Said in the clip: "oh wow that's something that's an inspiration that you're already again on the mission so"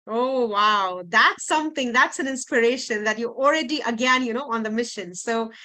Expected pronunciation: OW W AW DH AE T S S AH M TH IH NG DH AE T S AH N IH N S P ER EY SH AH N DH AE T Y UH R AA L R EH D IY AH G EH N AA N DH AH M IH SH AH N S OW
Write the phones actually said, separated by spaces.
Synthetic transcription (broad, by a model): OW W AW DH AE T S S AH M TH IH NG DH AE T S AH N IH N S P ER EY SH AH N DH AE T Y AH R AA L R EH D IY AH G EH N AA N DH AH M IH SH AH N S OW